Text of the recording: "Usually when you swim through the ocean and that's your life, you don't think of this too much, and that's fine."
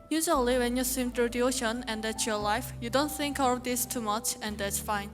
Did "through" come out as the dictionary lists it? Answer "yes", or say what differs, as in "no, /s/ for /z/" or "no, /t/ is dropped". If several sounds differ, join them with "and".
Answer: no, /t/ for /θ/